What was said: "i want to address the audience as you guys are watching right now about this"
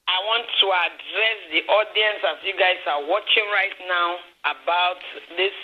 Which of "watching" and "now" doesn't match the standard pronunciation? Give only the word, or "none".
none